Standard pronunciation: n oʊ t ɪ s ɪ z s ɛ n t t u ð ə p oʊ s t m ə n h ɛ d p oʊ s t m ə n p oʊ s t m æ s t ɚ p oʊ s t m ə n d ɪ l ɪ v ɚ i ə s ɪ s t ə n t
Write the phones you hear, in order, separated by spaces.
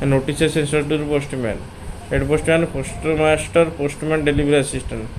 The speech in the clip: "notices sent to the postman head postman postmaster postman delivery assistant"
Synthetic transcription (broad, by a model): n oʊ t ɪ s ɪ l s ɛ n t t u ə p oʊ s t m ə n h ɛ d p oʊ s t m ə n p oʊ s t m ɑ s t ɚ p oʊ s t m ə n d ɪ l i b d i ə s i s t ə n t